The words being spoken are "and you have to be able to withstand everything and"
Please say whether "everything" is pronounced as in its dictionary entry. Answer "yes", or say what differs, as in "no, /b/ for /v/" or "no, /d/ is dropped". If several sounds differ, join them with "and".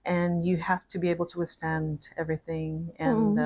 yes